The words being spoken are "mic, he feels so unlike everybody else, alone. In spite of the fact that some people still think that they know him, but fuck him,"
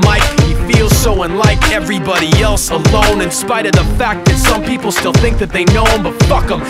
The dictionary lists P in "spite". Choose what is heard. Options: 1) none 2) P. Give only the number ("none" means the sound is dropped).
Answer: 2